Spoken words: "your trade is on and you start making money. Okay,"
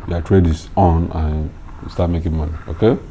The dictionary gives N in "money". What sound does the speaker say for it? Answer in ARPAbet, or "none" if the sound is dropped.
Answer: N